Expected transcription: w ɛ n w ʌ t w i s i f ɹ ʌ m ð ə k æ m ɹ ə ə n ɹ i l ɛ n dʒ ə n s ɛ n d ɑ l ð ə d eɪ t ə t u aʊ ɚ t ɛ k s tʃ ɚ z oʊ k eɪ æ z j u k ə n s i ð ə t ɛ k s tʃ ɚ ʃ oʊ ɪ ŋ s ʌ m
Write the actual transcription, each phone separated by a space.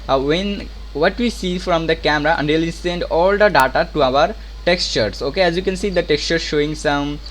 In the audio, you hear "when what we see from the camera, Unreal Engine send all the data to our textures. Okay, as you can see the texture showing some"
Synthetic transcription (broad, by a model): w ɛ n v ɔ t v i s i f ɹ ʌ m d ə k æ m ɹ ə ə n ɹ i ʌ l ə s ɛ n d ɑ l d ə d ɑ t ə t u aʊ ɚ t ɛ k s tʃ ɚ s oʊ k eɪ æ z j u k ə n s i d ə t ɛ k s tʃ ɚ ʃ oʊ ɪ ŋ s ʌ m